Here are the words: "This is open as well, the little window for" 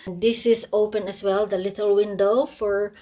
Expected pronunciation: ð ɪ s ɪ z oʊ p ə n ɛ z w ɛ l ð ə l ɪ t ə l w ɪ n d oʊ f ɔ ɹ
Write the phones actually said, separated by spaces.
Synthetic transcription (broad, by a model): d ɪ s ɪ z oʊ p ə n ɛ s w ɛ l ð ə l ɪ t ə l w ɪ n d oʊ f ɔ ɹ